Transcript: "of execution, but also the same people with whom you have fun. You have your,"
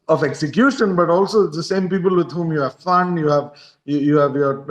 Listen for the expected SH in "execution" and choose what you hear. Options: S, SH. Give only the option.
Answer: SH